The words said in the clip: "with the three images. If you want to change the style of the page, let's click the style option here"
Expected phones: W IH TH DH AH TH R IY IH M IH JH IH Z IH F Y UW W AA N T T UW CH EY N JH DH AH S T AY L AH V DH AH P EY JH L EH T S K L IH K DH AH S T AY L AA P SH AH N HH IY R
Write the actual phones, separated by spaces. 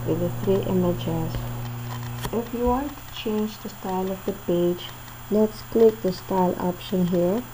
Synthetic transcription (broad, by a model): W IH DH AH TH R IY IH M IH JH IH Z IH F Y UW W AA N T T UW CH EY N JH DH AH S T AY L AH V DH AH P EY JH L EH T S K L IH K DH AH S T AY L AA P SH AH N HH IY R